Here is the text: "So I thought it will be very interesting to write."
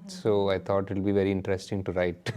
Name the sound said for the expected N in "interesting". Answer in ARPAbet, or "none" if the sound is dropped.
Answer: N